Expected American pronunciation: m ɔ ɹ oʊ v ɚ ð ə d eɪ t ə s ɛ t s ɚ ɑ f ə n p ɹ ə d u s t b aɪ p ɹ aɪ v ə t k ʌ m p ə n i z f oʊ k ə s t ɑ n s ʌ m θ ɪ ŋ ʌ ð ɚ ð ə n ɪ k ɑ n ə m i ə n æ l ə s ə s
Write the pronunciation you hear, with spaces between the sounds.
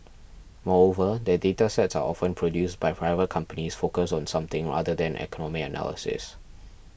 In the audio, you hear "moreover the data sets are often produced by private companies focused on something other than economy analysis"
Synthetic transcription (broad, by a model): m ɔ ɹ oʊ v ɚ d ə d eɪ t ə s ɛ t s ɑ ɑ f ə n p ɹ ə d u s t b aɪ p ɹ aɪ v ə t k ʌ m p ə n i s f oʊ k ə s ɑ n s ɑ m t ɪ ŋ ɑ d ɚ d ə n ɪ k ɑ n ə m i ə n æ l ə s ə s